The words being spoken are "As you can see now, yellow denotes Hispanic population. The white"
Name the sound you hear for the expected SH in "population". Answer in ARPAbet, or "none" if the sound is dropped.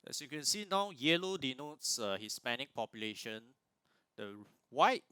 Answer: SH